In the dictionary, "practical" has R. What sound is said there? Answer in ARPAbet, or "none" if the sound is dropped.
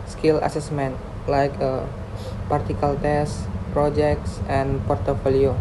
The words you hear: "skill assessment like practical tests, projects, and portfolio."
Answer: none